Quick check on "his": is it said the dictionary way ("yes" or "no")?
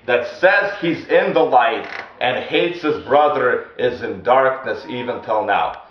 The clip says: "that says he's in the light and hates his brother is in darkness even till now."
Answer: yes